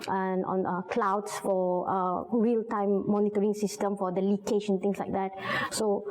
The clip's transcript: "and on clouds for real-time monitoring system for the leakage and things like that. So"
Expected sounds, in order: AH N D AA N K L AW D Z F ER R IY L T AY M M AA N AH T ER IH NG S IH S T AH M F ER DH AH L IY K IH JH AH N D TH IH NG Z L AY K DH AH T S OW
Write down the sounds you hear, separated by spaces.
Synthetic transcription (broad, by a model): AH N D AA N K L AW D S F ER R IY L T AY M M AA N AH T ER IH NG S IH S T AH M F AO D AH L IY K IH SH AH N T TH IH NG S L AY K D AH T S OW